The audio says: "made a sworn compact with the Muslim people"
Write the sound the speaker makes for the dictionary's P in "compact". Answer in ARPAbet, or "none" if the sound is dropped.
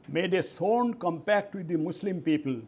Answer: P